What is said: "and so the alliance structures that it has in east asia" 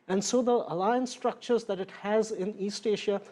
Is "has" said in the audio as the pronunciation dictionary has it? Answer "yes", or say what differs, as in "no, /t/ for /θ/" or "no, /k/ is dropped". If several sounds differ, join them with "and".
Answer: yes